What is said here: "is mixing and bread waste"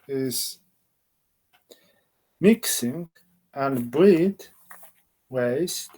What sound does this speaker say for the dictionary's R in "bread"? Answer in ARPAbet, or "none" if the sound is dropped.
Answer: L